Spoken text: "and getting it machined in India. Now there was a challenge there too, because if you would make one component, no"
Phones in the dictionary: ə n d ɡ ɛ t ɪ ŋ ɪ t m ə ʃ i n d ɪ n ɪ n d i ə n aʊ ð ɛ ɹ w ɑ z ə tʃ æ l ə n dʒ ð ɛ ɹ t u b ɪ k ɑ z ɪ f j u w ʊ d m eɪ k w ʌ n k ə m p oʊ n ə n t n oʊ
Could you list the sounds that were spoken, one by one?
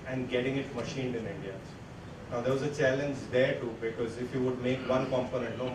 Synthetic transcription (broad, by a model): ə n d ɡ ɛ t ɪ ŋ ɪ t m ə ʃ i n d ɪ n ɪ n d i ə n aʊ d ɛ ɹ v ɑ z ə tʃ æ l ə n dʒ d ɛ ɹ t u b ɪ k ɑ z ɪ f j u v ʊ d m eɪ k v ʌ n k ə m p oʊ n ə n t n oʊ